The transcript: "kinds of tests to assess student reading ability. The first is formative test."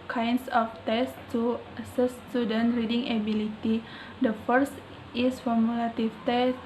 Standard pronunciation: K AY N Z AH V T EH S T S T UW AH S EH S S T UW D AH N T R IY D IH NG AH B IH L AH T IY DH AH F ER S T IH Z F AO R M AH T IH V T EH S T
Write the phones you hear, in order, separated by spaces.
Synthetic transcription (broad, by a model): K AY N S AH F T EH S S T UW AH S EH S S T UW D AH N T R IY D IH NG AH B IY L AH T IY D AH F ER S T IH S F AO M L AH T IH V T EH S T